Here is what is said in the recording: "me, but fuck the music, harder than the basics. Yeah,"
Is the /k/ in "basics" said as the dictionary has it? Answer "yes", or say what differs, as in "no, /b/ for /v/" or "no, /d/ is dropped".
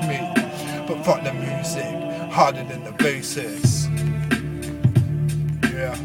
no, /k/ is dropped